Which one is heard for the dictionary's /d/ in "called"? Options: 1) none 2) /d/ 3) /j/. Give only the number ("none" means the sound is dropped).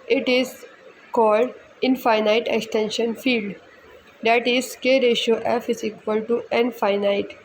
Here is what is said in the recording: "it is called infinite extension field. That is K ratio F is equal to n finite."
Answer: 2